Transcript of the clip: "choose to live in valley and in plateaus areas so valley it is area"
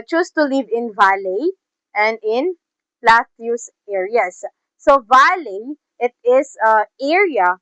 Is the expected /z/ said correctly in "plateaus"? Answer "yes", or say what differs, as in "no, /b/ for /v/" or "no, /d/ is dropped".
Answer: no, /s/ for /z/